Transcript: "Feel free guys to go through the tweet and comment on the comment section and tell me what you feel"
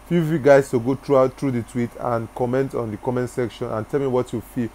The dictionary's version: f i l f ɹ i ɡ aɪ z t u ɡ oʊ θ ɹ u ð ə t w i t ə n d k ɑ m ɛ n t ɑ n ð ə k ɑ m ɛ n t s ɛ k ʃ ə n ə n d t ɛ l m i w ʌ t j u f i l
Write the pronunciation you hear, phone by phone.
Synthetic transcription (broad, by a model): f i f i ɡ aɪ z t u ɡ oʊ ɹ ɹ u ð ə t w i t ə n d k ɑ m ɛ n t ɑ n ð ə k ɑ m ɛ n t s ɛ k ʃ ə n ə n t ɛ l m i w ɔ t j u f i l